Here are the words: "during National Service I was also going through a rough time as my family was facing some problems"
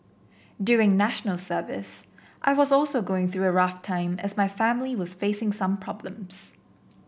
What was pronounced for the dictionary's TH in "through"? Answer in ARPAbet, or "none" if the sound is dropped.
TH